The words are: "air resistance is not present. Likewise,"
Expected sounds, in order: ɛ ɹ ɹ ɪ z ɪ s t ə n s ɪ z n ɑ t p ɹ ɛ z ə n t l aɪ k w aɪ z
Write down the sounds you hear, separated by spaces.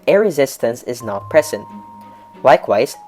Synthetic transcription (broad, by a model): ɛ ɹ ɹ ɪ z ɪ s t ə n s ɪ z n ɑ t p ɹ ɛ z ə n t l aɪ k w aɪ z